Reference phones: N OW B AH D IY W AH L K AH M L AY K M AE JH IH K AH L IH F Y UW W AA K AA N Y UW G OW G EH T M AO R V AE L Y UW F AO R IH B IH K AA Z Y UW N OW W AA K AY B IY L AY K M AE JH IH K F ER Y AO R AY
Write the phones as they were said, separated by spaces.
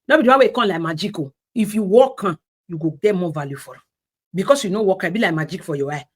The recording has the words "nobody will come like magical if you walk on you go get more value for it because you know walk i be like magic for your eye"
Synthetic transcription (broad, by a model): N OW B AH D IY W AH W K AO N L AY K M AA JH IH K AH IH F Y UW W AA K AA Y UW G OW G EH M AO V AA L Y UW F AO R IH B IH K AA S Y UW N OW W AA K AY B IY L AY K M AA JH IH K F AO Y AO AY